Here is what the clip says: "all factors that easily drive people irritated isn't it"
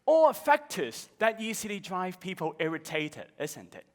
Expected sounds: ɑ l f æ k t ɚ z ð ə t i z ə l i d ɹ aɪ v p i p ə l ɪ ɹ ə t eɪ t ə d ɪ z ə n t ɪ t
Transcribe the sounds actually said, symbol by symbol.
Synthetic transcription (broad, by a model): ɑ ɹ f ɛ k t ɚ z ð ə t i s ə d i d ɹ aɪ v p i p ə l ɪ ɹ ə t eɪ t ə d ɪ z ə n t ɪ t